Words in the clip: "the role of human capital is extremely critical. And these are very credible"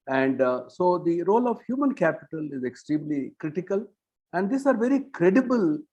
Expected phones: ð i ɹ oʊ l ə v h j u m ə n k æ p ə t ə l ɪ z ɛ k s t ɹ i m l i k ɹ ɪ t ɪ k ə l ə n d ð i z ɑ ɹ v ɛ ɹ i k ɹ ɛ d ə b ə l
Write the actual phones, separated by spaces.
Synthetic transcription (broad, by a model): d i ɹ oʊ l ə v h j u m ə n k æ p ə t ə l ɪ z ɛ k s t ɹ i m l i k ɹ ɪ t ɪ k ə l ə n d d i s ɑ ɹ v ɛ ɹ i k ɹ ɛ d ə b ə l